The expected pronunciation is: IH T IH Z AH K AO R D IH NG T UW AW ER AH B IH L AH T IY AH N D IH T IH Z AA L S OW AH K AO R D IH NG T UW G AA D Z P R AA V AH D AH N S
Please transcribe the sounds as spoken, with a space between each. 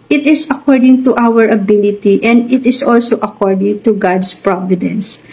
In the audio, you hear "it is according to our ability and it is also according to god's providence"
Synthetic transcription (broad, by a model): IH T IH S AH K AO R D IH NG T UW AW ER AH B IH L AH T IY AH N D IH T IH S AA L S OW AH K AO R D IH NG T UW G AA D S P R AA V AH D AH N S